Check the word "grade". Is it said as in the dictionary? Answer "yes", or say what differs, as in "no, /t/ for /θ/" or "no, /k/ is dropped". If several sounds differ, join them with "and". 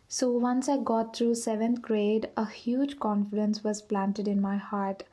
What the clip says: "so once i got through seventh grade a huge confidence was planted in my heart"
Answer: yes